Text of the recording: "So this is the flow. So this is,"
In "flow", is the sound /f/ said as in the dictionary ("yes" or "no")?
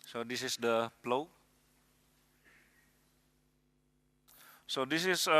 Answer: no